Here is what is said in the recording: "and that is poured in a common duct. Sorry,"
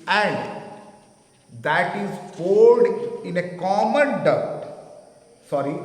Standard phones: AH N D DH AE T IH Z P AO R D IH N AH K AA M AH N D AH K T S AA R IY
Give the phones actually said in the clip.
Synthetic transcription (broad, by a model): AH N D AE T IH Z F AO L D IH N AH K AA M AH N D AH T S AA R IY